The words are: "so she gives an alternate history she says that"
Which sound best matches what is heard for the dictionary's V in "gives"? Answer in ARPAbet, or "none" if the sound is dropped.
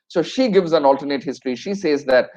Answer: V